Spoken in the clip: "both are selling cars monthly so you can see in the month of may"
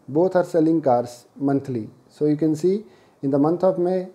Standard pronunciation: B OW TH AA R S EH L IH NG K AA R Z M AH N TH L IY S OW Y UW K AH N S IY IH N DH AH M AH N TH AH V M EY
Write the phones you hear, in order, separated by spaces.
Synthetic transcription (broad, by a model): B OW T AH R S EH L IH NG K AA R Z M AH N T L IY S OW Y UW K AH N S IY IH N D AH M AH N T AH B M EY